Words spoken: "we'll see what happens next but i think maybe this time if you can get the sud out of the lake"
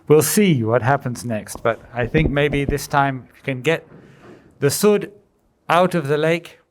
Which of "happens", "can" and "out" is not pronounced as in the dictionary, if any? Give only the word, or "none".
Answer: none